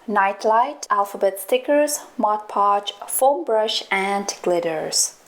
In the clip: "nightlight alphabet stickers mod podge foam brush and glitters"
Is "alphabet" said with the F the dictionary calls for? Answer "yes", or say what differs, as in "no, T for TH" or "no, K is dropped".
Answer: yes